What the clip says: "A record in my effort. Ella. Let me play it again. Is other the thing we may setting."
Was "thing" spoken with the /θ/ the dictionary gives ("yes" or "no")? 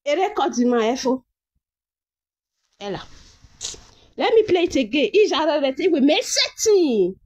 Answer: no